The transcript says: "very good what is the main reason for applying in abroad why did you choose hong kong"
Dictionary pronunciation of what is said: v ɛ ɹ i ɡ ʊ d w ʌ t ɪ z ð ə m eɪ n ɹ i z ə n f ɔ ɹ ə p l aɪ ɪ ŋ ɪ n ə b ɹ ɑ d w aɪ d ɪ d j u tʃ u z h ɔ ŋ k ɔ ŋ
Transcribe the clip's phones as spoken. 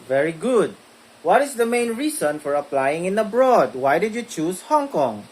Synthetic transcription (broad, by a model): v ɛ ɹ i ɡ ʊ d w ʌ t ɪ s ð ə m eɪ n ɹ i s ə n f ɔ ɹ ə p l aɪ ɪ ŋ ɪ n ə b ɹ ɑ d w aɪ d ɪ d j u tʃ u s h ɔ ŋ k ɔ ŋ